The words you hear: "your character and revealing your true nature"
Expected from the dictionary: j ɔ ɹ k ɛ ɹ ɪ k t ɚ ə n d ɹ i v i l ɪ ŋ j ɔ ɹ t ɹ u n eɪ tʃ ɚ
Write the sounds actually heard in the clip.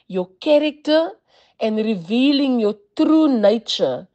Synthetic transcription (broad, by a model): j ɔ k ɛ ɹ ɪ k t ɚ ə n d ɹ i v i l ɪ ŋ j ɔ t ɹ u n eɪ tʃ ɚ